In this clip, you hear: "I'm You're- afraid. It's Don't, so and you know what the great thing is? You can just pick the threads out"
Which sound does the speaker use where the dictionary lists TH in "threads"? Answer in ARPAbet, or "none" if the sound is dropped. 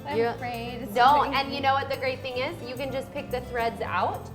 TH